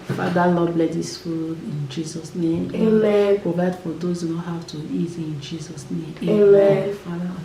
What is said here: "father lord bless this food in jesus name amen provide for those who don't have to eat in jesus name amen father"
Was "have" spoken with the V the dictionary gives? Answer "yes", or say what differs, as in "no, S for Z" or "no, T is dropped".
no, W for V